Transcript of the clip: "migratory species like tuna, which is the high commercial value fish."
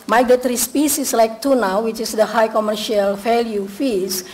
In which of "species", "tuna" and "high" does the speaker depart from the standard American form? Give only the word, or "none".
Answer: species